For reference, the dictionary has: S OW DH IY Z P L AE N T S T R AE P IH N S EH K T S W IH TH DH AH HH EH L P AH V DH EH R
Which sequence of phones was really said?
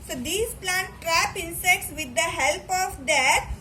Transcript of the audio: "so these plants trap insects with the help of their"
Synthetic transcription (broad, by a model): S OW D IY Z P L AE N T T R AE P IH N S EH K T S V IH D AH HH EH L P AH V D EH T